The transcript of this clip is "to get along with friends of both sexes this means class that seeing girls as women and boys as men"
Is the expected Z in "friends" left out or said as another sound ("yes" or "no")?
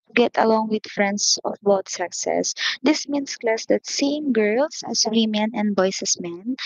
yes